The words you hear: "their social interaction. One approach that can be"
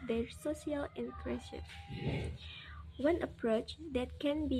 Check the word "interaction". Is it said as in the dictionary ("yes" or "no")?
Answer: no